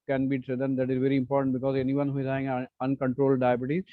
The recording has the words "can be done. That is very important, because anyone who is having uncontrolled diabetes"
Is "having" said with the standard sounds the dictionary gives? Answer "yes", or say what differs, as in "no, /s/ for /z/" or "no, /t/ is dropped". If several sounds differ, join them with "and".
no, /v/ is dropped